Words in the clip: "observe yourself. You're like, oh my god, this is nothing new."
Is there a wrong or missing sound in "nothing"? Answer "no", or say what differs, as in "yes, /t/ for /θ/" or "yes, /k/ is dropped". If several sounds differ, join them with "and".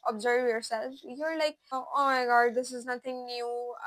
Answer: yes, /t/ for /θ/